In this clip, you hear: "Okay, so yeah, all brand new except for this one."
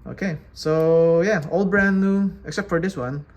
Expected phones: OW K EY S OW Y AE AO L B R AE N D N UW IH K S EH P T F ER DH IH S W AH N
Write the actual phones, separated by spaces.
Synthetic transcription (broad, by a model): OW K EY S OW Y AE AO L B R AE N N UW IH K S EH P T F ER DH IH S W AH N